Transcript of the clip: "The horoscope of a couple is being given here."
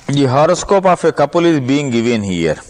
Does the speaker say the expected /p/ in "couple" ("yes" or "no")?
yes